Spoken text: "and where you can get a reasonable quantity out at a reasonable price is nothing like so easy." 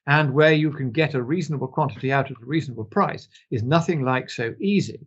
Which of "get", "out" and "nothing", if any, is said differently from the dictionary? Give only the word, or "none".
none